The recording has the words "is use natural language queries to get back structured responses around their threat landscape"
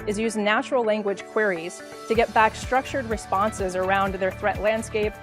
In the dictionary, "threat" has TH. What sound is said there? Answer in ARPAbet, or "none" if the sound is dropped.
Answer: TH